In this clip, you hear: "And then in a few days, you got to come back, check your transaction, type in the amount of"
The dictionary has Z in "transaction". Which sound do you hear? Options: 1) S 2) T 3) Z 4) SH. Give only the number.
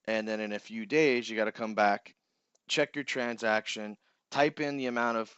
3